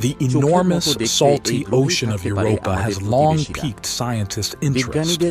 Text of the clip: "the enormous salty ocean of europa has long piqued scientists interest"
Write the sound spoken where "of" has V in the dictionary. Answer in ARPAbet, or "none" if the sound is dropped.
V